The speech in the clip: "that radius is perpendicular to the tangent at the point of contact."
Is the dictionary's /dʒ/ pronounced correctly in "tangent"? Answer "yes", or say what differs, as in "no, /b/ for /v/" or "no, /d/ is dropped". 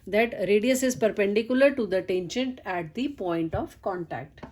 no, /ʃ/ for /dʒ/